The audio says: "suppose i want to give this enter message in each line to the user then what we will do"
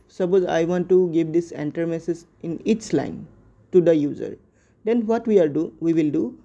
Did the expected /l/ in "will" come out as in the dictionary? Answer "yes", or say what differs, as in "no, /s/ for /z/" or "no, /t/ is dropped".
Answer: yes